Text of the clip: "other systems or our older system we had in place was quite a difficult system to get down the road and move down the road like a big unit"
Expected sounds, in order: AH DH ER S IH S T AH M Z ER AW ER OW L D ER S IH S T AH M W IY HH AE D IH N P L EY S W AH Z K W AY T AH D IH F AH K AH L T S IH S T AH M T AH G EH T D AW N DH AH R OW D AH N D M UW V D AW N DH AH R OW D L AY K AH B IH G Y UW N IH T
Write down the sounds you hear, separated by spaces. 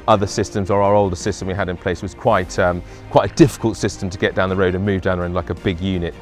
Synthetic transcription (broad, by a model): AH DH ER S IH S T AH M Z ER AW ER OW L D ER S IH S T AH M W IY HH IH D IH N P L EY S W AH Z K W AY T AH D IH F AH K AH L T S IH S T AH M T AH G EH T D AW N DH AH R OW D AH N M UW V D AW N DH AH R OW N L AY K AH B IH G Y UW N IH T